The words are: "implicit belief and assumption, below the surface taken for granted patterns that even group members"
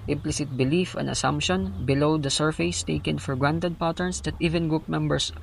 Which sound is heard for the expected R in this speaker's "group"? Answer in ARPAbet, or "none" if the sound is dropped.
none